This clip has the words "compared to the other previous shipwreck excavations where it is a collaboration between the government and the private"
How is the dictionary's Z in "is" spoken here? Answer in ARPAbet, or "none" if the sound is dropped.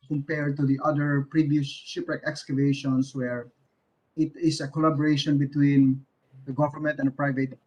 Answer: S